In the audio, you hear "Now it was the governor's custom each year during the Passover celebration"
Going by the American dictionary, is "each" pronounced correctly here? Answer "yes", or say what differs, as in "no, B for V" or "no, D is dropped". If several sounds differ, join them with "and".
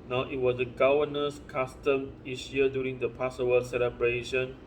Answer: no, S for CH